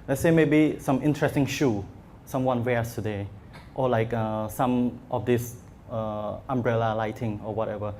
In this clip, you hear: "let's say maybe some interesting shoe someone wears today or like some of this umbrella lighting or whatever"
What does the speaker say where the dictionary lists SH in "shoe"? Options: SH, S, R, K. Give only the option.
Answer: SH